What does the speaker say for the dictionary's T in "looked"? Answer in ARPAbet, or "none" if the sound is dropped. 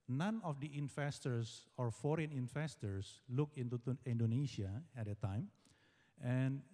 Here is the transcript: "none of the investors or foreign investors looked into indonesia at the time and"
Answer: none